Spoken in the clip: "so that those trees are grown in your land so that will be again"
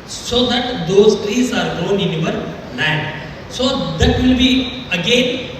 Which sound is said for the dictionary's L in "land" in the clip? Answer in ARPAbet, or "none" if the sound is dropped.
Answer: N